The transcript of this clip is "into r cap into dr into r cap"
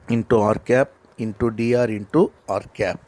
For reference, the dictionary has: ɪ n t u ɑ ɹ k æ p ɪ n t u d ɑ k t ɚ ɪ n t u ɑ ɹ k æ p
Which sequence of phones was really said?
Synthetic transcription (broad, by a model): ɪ n t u ɑ ɹ k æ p ɪ n t u d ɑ t ɪ n t u ɑ ɹ k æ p